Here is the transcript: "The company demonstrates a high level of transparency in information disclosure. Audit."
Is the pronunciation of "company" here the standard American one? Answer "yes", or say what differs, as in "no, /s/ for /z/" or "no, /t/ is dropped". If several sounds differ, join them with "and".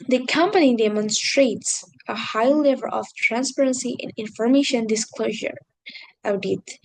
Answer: yes